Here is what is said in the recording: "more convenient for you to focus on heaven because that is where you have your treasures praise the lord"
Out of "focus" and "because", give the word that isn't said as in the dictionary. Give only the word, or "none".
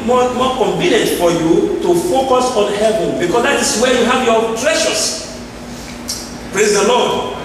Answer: because